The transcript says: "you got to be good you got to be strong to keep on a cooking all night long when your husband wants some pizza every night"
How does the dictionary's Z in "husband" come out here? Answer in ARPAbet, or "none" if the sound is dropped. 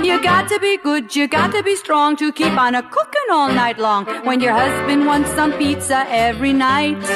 Z